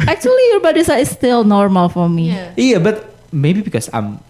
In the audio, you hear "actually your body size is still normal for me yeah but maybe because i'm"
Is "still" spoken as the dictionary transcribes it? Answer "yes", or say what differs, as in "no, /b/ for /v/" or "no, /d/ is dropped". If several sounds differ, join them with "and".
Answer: yes